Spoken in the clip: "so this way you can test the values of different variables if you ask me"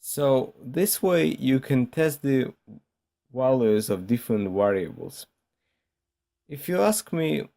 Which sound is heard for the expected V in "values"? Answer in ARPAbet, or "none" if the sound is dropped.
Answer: W